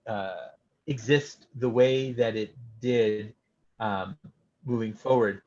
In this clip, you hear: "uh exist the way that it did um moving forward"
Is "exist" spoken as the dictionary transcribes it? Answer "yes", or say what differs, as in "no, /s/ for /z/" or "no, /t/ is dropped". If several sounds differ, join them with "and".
yes